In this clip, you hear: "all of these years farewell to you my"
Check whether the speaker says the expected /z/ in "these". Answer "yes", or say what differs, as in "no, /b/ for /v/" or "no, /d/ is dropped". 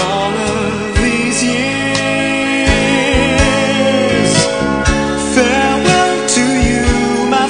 yes